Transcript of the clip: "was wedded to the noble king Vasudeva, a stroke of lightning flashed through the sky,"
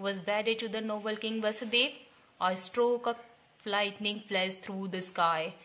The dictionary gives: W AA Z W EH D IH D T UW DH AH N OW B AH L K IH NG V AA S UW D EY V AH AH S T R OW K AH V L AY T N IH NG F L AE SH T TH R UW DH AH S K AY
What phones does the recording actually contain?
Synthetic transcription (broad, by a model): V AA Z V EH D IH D T UW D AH N OW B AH L K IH NG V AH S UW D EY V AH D S T R OW K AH F L AY T N IH NG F L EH S T R UW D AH S K AY